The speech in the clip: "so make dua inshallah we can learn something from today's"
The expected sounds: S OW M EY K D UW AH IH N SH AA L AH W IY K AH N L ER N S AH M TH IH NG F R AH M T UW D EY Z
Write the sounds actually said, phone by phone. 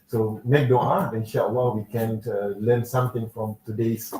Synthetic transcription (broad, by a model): S OW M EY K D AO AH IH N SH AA W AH W IY K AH N L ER N S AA M T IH NG F R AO M T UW D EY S